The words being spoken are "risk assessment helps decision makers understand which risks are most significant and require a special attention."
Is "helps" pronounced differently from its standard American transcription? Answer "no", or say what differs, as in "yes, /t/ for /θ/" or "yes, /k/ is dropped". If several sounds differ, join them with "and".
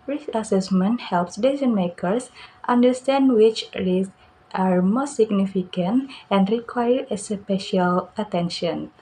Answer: no